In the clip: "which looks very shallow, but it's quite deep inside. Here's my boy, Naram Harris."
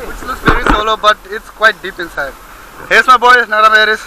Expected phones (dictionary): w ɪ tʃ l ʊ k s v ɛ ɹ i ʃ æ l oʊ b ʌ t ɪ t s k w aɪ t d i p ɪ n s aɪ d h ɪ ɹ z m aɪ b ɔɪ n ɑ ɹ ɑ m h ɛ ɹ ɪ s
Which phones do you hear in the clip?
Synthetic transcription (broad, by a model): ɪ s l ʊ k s v ɛ ɹ i s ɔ l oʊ b ʌ t ɪ t s k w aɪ t d i p ɪ n s aɪ d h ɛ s m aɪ b ɔɪ n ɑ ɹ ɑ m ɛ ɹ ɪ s